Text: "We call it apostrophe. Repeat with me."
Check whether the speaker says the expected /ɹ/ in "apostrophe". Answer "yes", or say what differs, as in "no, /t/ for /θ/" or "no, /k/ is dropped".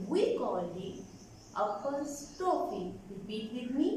no, /ɹ/ is dropped